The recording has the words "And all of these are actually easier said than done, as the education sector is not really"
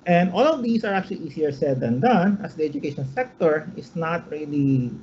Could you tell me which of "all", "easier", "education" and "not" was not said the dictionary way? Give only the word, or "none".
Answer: easier